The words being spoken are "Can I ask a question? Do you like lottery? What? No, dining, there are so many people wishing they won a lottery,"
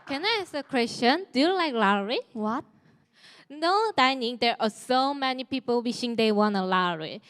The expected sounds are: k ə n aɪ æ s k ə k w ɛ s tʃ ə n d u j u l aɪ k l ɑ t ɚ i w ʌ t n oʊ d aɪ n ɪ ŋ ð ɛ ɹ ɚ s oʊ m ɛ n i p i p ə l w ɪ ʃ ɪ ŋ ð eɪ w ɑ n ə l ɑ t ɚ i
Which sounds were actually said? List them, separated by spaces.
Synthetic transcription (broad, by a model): k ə n aɪ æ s ə k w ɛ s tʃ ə n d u j u l aɪ k l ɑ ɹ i w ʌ t n oʊ d aɪ n ɪ ŋ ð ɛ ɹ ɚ s oʊ m ɛ n i p i p ə l w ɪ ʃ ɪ ŋ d eɪ w ɑ n ə l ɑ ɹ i